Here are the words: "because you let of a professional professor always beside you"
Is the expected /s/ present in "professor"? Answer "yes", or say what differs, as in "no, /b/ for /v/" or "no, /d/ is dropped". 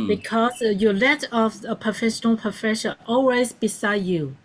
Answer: no, /ʃ/ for /s/